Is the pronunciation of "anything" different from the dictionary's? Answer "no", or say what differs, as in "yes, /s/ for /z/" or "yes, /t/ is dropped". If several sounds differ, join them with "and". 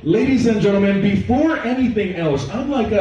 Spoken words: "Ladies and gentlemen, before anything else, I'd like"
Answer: no